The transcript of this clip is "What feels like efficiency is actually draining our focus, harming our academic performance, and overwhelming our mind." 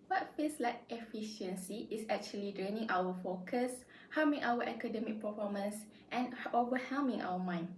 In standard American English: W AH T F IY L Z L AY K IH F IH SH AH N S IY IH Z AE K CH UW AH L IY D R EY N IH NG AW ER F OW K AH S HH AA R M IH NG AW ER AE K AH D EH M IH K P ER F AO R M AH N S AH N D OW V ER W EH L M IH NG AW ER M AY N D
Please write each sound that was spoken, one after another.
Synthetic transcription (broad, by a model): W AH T F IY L S L AY K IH F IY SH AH N S IY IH S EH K CH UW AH L IY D R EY N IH NG AW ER F OW K AH S HH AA M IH NG AW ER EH K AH D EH M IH K P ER F AO M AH N S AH N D OW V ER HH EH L M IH NG AW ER M AY N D